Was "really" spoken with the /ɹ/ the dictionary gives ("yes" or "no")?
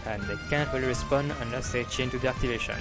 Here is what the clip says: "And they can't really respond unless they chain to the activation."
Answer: no